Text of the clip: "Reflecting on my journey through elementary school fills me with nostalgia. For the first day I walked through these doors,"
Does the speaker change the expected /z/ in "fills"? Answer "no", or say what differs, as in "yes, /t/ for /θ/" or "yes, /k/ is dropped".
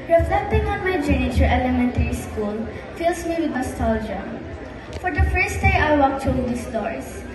yes, /s/ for /z/